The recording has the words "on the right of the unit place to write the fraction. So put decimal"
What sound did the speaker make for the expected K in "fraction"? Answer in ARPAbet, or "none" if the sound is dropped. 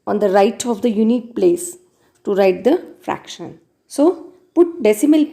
K